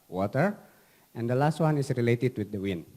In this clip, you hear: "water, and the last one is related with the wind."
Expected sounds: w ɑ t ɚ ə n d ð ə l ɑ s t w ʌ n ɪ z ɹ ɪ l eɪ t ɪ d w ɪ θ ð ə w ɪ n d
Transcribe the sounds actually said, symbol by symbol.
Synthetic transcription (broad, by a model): w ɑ t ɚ ə n d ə l ɑ s t w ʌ n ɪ s ɹ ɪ l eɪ t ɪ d w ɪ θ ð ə w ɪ n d